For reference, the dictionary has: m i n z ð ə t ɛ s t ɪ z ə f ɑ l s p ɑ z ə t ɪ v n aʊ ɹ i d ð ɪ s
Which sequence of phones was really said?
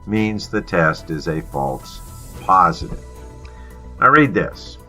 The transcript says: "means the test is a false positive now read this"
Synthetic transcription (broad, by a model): m i n z ð ə t ɛ s t ɪ z ə f ɑ l s p ɑ z ə t ɪ v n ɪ ɹ i d ð ɪ s